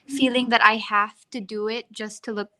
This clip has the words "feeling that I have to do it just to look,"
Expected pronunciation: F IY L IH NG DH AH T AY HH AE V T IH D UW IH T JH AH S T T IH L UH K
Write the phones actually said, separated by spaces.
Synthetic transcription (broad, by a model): F IY L IH NG DH AH T AY HH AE F T IH D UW IH T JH AH S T T IH L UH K